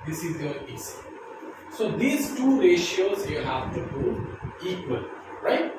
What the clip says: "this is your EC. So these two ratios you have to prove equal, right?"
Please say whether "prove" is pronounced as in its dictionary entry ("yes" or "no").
no